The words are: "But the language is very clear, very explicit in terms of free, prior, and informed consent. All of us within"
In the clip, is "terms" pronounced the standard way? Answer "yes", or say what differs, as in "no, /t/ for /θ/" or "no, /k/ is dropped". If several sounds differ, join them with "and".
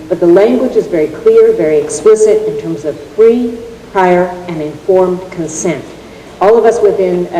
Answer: yes